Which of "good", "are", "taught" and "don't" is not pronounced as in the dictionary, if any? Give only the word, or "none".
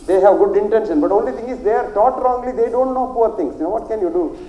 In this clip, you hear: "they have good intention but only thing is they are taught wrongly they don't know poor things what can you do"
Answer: none